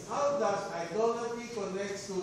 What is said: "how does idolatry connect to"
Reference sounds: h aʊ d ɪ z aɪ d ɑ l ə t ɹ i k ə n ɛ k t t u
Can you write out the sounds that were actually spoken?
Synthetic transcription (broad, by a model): h aʊ d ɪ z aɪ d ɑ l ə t i k ə n ɛ k t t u